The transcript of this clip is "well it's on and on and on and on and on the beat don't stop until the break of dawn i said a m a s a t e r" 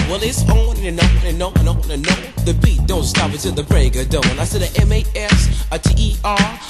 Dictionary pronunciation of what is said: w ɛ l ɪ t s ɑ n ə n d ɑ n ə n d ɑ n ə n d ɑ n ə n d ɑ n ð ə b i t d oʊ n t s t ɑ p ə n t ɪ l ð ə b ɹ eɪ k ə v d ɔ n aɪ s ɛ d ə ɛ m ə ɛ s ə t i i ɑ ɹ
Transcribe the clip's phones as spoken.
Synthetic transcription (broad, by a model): w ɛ l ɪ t s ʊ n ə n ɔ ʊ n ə n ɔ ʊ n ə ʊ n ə n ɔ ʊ ð ə b i t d oʊ n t s t ɑ p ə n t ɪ n ð ə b ɹ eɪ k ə d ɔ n aɪ s ɛ d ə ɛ m ə ɛ s ə t i i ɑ ɹ